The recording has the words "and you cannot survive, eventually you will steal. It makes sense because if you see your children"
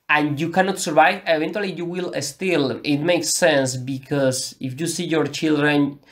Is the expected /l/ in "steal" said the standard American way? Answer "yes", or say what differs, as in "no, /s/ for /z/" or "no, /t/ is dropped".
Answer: yes